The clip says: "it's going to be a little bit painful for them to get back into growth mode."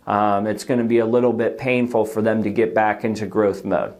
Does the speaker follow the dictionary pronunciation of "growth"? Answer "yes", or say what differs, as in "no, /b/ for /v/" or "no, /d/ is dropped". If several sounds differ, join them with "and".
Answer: yes